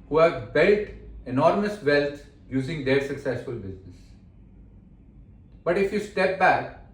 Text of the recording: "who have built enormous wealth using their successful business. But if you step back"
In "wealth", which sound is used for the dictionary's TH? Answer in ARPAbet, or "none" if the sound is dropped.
T